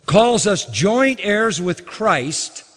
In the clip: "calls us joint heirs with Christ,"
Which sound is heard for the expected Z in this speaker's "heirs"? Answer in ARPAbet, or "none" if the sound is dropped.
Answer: Z